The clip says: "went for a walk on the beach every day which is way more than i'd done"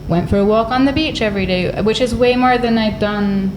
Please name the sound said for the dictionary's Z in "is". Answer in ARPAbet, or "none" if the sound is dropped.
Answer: Z